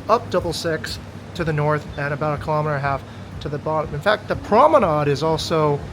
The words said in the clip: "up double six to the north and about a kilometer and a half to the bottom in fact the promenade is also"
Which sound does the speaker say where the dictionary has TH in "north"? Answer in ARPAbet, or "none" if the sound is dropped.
TH